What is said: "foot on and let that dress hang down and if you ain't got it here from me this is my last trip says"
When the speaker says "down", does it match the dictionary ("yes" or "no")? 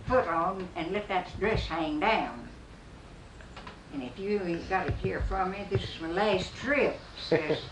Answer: yes